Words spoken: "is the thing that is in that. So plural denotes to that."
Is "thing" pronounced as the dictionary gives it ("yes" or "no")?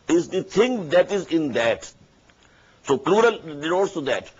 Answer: no